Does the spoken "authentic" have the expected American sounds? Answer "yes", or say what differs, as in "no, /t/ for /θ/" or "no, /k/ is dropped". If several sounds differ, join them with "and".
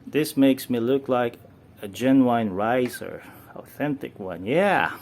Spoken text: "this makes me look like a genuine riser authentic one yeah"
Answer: yes